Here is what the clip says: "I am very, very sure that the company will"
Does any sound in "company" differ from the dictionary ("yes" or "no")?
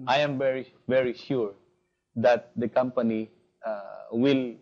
no